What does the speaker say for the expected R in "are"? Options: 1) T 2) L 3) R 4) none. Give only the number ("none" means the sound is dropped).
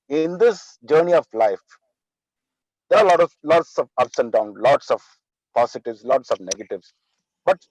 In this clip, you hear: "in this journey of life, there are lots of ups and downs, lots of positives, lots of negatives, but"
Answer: 2